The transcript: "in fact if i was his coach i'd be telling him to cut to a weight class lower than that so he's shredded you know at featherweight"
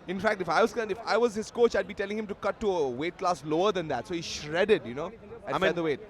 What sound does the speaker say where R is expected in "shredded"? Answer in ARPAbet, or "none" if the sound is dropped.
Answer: R